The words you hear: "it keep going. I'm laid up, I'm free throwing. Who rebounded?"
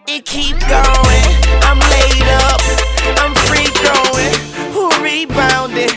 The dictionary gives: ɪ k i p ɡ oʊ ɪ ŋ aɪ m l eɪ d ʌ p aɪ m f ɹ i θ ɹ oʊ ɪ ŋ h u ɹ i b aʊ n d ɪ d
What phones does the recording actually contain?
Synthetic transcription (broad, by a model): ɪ k i p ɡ oʊ ɪ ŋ aɪ m l eɪ d ʌ p aɪ m f ɹ i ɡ ɹ oʊ ɪ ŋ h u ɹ i b aʊ n d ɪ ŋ